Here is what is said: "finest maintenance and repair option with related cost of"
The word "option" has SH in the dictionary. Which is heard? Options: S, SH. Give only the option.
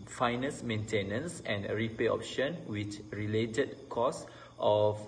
SH